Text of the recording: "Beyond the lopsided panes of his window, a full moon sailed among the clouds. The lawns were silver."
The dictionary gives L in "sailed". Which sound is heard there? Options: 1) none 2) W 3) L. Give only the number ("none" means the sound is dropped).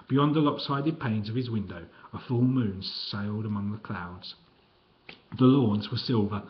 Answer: 3